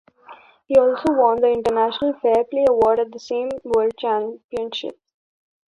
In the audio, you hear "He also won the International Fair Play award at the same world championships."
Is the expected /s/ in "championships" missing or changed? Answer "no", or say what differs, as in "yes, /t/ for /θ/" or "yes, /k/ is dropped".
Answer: yes, /s/ is dropped